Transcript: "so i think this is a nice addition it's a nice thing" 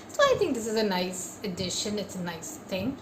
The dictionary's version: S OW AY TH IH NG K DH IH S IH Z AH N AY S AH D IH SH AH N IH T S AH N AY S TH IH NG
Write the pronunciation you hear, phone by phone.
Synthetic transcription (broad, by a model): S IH AY TH IH NG K DH IH S IH Z AH N AY S AH D IH SH AH N IH T S AH N AY S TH IH NG